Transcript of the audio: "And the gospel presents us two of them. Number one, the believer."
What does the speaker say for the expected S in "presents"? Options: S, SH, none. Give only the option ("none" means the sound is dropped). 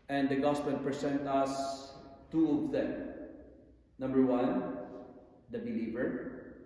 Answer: none